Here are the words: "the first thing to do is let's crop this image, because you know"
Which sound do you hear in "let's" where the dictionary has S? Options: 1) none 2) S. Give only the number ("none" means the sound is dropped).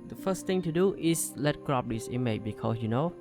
1